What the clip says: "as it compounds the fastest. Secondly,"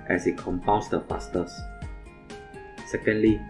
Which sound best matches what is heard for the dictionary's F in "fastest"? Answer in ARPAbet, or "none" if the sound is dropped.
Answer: P